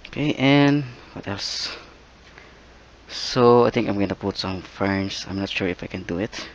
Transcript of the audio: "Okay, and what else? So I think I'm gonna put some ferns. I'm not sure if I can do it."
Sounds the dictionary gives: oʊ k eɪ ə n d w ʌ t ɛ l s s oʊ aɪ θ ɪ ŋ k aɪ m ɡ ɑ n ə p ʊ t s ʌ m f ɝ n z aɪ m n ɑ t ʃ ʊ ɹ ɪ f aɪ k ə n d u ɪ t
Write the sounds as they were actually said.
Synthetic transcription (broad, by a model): oʊ k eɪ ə n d w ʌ t ɛ l s s oʊ aɪ t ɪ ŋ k aɪ m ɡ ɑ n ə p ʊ t s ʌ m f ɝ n s aɪ m n ɑ t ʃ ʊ ɹ ɪ f aɪ k ə n d u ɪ t